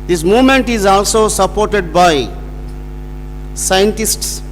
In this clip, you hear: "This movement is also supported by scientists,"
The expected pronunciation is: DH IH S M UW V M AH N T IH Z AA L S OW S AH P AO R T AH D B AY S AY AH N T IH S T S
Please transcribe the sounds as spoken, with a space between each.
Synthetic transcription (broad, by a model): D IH S M UW V M AH N T IH Z AA L S OW S AH P AO R T AH D B AY S AY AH N T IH S T S